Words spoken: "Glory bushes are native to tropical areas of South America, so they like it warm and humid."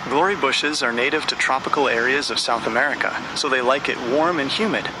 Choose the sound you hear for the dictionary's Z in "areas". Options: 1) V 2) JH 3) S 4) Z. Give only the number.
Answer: 4